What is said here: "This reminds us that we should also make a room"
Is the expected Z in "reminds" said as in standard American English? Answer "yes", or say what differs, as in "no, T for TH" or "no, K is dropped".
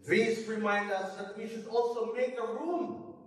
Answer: no, Z is dropped